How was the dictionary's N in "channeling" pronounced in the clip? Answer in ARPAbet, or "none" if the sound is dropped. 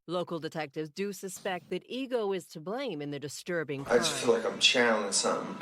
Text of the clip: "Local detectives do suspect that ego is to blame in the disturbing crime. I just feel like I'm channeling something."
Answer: none